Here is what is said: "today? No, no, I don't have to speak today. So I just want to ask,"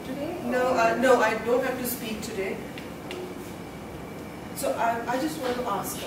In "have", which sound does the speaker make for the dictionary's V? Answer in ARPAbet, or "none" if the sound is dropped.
F